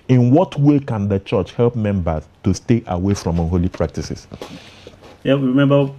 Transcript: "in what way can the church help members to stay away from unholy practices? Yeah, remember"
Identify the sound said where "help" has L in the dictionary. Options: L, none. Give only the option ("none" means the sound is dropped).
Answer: L